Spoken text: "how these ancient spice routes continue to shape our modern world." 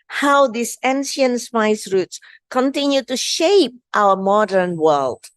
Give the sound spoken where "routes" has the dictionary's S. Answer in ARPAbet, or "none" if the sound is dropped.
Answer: S